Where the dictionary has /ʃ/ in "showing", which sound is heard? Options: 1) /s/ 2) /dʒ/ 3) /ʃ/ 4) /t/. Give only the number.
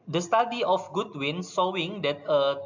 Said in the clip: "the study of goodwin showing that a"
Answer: 1